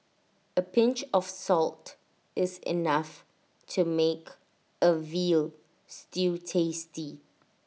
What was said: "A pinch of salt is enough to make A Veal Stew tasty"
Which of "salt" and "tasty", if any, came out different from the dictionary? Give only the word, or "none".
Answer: none